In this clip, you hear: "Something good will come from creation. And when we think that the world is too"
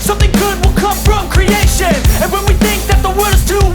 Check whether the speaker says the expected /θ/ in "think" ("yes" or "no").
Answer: yes